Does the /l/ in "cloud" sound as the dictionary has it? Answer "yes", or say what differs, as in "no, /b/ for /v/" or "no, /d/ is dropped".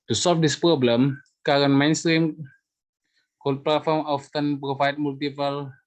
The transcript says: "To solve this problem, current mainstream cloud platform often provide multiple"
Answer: no, /l/ is dropped